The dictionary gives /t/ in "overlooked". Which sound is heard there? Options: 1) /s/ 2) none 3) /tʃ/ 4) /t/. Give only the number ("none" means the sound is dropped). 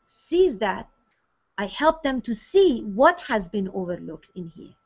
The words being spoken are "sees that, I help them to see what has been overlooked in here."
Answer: 4